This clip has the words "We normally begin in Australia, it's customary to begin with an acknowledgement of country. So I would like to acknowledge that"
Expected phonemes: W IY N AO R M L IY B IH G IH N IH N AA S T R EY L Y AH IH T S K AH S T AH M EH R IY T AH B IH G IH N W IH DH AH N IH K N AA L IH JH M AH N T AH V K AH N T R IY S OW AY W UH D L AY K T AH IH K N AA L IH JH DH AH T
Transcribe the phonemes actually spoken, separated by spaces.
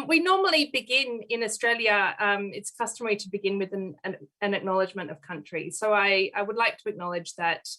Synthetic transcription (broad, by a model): W IY N AO R M L IY B IH G IH N IH N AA S T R EY L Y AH IH T S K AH S T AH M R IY T AH B IH G IH N W IH DH AH N IH K N AA L IH JH M AH N T AH V K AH N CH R IY S OW AY W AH D L AY K T AH IH K N AA L IH JH DH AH T